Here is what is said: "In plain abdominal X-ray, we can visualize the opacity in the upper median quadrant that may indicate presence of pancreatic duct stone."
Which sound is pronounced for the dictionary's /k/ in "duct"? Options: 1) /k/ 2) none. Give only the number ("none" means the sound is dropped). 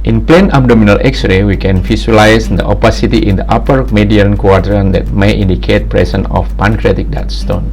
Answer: 2